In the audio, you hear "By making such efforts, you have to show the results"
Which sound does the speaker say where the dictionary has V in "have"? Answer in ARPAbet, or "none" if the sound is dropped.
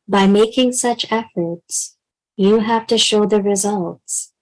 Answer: F